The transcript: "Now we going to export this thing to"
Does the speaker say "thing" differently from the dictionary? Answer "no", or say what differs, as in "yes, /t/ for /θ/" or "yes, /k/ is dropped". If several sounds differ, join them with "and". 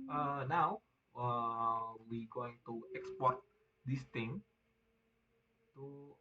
yes, /t/ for /θ/